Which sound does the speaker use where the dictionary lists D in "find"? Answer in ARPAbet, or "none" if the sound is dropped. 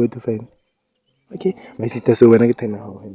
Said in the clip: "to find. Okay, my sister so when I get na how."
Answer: none